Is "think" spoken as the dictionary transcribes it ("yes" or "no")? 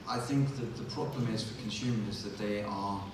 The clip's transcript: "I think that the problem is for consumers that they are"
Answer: yes